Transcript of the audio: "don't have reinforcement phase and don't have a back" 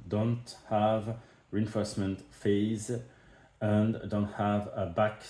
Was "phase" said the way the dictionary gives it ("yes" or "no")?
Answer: yes